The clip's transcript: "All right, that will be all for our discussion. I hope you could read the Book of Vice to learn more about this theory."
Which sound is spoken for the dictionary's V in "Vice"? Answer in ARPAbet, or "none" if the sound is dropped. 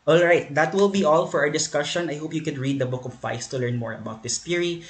F